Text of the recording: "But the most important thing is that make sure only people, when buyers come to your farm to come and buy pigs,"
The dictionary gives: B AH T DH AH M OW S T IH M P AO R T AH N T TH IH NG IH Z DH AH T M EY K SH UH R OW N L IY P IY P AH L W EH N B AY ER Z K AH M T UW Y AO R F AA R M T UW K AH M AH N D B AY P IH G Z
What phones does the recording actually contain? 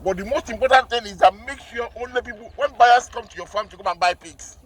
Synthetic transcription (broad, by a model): B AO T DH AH M OW S T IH M P AO T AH N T TH IH NG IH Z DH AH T M EY K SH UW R OW N L IY P IY P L W EH N B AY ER S K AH M T UW Y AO F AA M T UW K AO M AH N B AY P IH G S